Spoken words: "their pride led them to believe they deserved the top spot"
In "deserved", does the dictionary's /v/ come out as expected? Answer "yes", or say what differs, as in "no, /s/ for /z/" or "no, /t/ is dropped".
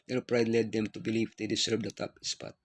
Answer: no, /b/ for /v/